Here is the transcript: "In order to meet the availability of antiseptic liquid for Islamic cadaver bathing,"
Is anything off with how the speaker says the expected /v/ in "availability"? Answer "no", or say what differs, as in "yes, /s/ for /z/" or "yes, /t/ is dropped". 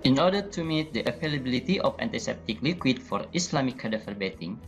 yes, /p/ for /v/